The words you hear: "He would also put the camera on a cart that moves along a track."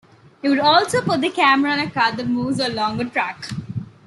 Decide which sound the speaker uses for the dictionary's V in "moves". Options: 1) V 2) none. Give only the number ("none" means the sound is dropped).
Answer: 2